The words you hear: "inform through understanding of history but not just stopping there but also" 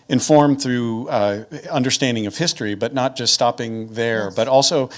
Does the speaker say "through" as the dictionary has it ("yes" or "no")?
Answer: yes